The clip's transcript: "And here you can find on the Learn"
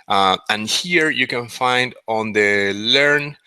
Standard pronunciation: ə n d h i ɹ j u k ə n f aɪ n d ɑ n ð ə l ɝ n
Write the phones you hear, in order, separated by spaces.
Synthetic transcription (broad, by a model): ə n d h i ɹ j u k ə n f aɪ n d ɑ n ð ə l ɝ n